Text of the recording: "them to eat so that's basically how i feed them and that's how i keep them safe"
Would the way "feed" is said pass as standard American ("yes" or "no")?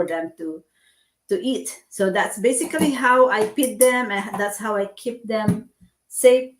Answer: no